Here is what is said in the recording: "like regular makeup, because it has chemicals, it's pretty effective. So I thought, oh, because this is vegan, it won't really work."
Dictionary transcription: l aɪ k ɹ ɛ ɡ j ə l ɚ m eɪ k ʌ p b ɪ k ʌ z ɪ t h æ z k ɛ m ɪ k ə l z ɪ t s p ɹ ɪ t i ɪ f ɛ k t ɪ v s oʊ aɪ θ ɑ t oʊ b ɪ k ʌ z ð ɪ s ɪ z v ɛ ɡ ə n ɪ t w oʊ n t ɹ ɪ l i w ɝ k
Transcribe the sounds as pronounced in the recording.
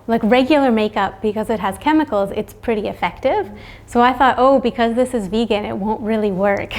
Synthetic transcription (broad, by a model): l aɪ k ɹ ɛ ɡ j l ɚ m eɪ k ʌ p b ɪ k ʌ z ɪ t h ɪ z k ɛ m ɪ k l z ɪ t s p ɹ ɪ t i ɪ f ɛ k t ɪ v s oʊ aɪ θ ɑ t oʊ b ɪ k ʌ z ð ɪ s ɪ z v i ɡ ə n ɪ t w oʊ n t ɹ ɪ l i w ɝ k